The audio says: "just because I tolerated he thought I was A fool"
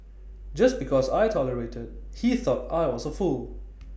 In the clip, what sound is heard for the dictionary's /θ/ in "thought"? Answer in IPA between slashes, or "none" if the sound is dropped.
/θ/